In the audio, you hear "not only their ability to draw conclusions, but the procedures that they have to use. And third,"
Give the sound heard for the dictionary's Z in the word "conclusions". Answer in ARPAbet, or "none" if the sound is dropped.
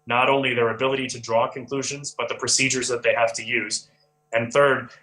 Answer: Z